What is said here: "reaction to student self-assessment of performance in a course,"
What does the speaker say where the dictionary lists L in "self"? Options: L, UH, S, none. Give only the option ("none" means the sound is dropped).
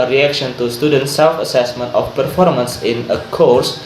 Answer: L